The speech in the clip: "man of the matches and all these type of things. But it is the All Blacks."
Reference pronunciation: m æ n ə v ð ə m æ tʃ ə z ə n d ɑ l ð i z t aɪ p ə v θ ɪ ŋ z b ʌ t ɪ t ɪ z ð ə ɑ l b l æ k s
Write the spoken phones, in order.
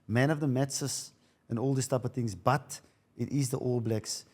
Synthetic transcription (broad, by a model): m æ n ə v ð ə m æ s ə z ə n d ɑ l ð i s t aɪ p ə v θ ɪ ŋ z b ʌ t ɪ t ɪ z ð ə ɑ l b l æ k s